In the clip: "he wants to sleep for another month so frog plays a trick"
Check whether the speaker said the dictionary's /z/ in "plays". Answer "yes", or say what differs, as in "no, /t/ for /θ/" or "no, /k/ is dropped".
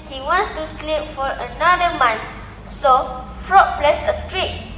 no, /s/ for /z/